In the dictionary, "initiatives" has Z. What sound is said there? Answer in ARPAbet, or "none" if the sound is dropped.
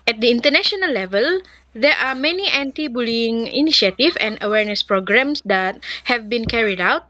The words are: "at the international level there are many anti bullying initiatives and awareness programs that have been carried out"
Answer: none